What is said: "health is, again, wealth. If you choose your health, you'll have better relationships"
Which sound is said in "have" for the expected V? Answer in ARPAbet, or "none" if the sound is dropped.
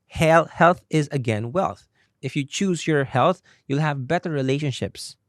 V